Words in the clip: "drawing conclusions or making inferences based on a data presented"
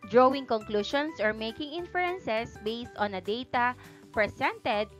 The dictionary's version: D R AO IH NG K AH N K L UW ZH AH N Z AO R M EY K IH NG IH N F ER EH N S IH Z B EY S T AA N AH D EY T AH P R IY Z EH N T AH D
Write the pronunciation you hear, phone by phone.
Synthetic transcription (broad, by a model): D R AO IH NG K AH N K L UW SH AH N S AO R M EY K IH NG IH N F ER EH N S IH S B EY S T AA N AH D EY T AH P R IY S EH N T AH D